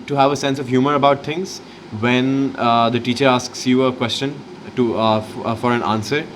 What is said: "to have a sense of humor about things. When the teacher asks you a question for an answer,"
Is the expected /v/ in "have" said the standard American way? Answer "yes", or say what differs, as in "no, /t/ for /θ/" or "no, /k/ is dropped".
yes